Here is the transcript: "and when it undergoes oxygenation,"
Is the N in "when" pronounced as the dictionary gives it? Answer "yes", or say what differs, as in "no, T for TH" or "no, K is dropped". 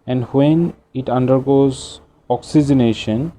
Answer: yes